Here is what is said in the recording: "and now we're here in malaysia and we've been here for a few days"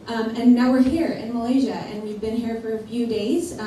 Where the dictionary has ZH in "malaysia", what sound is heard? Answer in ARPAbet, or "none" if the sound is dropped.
ZH